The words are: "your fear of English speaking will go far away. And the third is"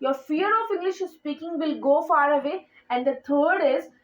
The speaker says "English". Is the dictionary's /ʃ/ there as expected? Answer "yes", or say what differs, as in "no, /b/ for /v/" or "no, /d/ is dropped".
yes